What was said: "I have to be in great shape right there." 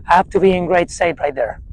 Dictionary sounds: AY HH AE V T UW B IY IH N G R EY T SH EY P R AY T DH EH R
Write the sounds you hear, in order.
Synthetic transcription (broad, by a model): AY HH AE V T UW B IY IH N G R EY T S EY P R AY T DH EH R